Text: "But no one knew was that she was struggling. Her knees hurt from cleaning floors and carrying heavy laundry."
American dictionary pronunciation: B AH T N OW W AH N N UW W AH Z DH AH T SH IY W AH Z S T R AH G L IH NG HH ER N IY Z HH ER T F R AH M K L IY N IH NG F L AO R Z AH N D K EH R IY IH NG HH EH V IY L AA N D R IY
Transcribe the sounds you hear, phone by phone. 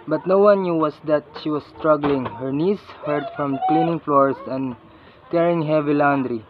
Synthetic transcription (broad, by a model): B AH T N OW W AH N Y UW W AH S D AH T SH IY W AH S S T R AH G L IH NG HH ER N IY S HH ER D F R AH M K L IY N IH NG F L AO R S AH N D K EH R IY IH NG HH EH V IY L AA N D R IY